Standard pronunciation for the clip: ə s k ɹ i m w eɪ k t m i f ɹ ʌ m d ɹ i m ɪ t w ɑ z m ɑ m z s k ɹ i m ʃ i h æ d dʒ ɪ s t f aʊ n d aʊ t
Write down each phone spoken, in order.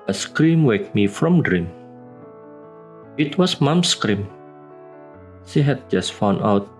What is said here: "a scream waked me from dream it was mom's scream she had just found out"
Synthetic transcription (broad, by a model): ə s k ɹ i m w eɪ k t m i f ɹ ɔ m d ɹ i m ɪ t w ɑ s m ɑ m s k ɹ i m ʃ i h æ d dʒ ɪ s t f aʊ n aʊ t